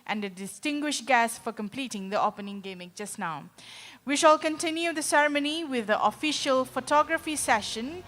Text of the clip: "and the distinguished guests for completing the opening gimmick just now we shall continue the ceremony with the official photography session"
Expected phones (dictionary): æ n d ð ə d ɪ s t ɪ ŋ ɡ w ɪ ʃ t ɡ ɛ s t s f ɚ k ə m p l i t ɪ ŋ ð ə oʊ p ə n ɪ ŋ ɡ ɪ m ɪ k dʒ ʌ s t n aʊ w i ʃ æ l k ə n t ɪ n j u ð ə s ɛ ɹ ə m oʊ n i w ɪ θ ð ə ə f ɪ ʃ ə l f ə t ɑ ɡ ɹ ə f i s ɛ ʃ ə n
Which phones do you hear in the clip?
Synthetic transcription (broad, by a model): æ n d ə d ɪ s t ɪ ŋ ɡ w ɪ ʃ t ɡ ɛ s s f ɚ k ə m p l i t ɪ ŋ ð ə oʊ p ə n ɪ ŋ ɡ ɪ m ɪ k dʒ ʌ s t n aʊ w i ʃ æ l k ə n t ɪ n j u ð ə s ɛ ɹ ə m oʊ n i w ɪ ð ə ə f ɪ ʃ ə l f ə t ɑ ɡ ɹ ə f i s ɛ ʃ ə n